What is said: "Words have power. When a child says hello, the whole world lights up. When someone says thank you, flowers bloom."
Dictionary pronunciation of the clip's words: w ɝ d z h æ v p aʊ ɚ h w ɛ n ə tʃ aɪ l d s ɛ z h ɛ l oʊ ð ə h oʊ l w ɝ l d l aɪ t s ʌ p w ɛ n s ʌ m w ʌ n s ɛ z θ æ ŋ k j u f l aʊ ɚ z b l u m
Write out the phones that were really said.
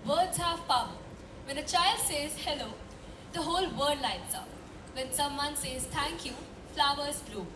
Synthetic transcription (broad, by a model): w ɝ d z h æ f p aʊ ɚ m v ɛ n ə tʃ aɪ l d s ɛ z h ɛ l oʊ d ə h oʊ l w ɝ d l aɪ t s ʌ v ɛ n s ʌ m w ʌ n s ɛ z t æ ŋ k j u f l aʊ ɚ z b l u